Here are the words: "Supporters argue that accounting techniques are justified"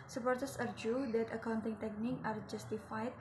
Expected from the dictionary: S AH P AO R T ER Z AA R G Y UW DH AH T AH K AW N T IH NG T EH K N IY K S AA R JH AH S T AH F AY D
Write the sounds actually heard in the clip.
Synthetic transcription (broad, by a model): S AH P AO R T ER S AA R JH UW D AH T AH K AW N T IH NG T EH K N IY K AA R JH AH S T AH F AY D